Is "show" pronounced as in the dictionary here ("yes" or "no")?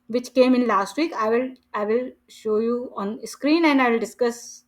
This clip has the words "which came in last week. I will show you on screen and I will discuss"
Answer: yes